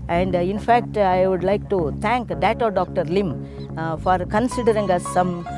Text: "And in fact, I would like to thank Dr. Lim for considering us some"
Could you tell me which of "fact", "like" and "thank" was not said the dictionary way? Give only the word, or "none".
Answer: thank